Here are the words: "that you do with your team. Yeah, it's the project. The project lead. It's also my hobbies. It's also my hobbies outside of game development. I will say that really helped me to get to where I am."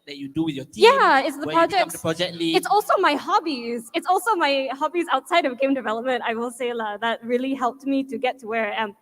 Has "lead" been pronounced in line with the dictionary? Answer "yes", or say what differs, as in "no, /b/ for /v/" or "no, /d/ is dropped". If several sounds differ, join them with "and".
no, /d/ is dropped